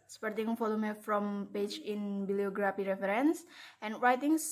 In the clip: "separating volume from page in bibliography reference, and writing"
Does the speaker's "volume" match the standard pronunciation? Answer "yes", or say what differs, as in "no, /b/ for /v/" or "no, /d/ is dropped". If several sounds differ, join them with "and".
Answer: no, /f/ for /v/